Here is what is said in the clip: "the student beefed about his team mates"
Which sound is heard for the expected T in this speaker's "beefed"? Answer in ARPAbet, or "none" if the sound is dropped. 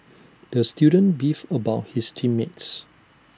none